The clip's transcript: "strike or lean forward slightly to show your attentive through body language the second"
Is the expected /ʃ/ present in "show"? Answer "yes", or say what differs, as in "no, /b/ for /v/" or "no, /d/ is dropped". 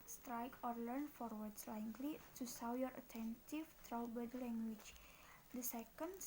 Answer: no, /s/ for /ʃ/